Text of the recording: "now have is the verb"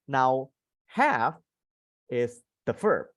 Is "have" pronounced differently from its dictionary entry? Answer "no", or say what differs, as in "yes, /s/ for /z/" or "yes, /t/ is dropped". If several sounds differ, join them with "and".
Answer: yes, /f/ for /v/